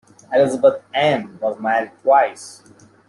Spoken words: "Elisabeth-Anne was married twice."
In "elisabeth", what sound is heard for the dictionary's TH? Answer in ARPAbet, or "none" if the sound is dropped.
T